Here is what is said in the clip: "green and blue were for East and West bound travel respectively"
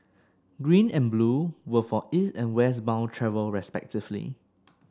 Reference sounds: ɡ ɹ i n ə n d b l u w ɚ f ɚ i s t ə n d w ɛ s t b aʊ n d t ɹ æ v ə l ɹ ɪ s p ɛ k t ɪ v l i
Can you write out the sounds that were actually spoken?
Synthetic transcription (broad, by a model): ɡ ɹ i n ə n b l u w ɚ f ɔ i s ə n w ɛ s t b aʊ n t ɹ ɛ v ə l ɹ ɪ s p ɛ k t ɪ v l i